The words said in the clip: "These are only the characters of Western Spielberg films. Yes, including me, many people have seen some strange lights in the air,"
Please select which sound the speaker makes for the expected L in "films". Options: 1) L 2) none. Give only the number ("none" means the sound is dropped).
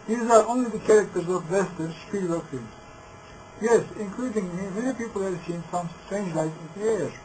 2